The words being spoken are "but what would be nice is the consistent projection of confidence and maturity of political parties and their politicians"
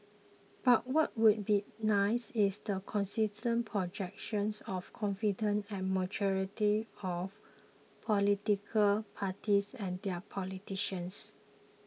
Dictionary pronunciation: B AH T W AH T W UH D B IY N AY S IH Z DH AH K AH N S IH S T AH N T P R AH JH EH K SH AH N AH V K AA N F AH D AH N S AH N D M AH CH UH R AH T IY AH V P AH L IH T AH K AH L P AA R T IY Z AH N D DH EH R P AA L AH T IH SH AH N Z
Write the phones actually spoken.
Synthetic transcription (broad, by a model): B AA T W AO T W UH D B IY N AY S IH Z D AH K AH N S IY S T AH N P R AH JH EH K SH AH N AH F K AA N F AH D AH N AH N M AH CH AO R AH T IY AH F P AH L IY T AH K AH L P AA T IY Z AH N D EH P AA L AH T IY SH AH N S